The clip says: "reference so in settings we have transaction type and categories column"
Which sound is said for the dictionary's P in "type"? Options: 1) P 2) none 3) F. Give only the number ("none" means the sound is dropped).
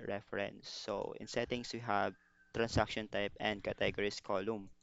1